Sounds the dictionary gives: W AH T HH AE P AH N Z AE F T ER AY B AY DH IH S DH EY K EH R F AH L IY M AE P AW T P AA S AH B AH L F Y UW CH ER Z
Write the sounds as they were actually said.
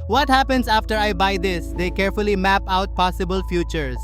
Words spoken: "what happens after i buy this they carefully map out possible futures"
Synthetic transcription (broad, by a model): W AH T HH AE P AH N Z AE F T ER AY B AY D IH S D EY K EH R F AH L IY M AE P AW T P AA S AH B AH L F Y UW CH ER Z